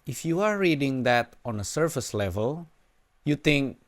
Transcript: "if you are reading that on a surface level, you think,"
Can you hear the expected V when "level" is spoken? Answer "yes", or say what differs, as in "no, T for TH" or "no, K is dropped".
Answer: yes